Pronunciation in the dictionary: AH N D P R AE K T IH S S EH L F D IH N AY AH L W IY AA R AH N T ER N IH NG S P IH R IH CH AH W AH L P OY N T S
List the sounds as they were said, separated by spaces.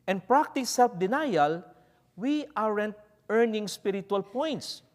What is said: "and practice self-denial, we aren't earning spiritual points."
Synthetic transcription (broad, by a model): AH N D P R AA K T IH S S EH L F D IH N AY AH L W IY AA R AH N T ER N IH NG S P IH R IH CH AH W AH L P OY N T S